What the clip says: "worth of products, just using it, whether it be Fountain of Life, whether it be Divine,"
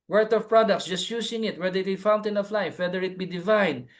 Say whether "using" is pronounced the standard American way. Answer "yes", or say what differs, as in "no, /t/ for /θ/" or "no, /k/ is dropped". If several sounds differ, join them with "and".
no, /s/ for /z/